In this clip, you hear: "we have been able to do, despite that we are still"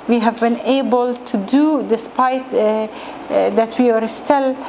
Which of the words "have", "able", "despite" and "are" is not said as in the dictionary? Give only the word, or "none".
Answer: none